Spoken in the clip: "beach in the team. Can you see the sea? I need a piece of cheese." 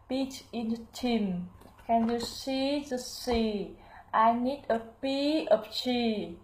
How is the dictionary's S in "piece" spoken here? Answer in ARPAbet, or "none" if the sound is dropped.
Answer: none